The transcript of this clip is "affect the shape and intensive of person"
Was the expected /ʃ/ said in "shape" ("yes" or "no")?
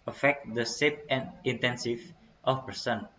no